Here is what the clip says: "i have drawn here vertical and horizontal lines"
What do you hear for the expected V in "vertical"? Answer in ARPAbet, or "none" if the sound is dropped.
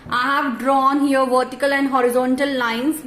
V